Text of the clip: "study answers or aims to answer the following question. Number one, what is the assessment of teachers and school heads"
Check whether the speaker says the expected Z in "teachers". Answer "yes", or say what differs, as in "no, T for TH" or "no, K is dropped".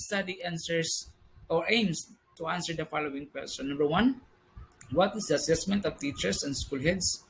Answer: no, S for Z